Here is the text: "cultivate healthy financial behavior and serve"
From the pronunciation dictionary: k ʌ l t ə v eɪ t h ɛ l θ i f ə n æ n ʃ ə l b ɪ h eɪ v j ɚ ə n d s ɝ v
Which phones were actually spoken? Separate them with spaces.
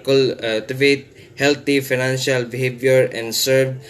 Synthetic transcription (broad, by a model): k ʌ l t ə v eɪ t h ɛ l t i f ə n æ n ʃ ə l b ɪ h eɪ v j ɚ ə n d s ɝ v